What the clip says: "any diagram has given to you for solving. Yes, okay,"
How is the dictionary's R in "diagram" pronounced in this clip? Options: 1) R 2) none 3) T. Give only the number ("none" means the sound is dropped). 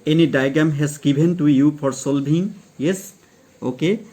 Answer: 2